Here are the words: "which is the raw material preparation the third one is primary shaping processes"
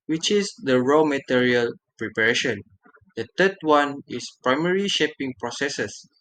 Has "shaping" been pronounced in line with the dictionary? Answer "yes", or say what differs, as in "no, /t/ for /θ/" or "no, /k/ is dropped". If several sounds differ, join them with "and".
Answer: yes